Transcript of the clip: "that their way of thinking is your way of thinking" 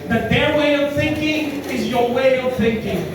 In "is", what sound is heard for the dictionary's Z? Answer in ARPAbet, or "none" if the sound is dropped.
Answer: Z